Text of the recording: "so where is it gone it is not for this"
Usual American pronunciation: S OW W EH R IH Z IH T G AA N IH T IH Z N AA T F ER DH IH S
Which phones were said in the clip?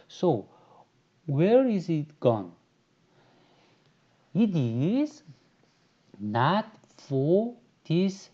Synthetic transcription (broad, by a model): S OW W EH R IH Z IH T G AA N IH T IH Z N AA T F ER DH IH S